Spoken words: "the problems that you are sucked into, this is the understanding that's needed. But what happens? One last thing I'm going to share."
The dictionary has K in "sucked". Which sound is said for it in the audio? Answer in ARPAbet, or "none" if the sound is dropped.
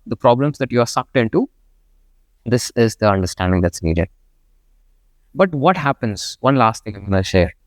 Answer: K